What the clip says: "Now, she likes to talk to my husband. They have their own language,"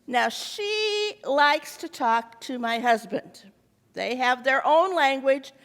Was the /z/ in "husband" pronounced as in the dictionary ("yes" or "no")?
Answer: yes